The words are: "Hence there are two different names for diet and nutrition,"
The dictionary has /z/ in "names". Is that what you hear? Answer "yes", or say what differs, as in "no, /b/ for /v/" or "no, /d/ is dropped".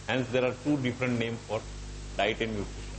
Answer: no, /z/ is dropped